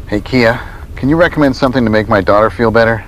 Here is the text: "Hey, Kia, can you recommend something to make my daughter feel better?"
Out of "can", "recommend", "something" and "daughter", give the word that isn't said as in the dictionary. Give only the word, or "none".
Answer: none